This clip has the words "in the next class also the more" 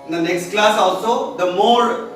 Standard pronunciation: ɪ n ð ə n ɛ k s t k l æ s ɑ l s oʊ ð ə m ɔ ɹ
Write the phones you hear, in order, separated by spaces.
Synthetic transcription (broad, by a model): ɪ n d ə n ɛ k s t k l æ s ɑ l s oʊ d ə m ɔ ɹ